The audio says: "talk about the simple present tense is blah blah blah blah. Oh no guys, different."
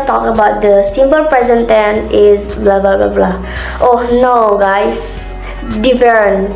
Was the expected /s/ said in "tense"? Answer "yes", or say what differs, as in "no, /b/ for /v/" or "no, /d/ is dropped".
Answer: no, /s/ is dropped